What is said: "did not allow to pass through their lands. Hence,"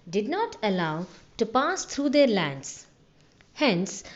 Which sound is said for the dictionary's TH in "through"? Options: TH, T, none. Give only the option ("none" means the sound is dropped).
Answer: T